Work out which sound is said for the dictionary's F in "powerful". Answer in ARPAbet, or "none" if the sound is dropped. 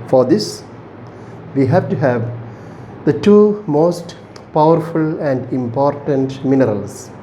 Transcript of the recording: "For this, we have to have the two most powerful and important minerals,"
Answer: F